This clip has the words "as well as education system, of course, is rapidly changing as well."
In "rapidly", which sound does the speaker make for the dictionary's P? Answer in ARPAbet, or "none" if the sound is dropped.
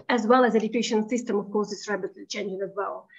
B